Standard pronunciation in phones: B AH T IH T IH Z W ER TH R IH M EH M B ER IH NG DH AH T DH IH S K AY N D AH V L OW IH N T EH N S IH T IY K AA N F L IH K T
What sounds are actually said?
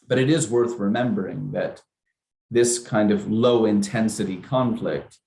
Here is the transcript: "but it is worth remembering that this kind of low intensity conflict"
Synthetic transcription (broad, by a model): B AH T IH T IH Z W ER TH R IH M EH M B ER IH NG DH AH T DH IH S K AY N D AH V L OW IH N T EH N S IH T IY K AA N F L IH K T